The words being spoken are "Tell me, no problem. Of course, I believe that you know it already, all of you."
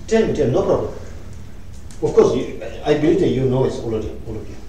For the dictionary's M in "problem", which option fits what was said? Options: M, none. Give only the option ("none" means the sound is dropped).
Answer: none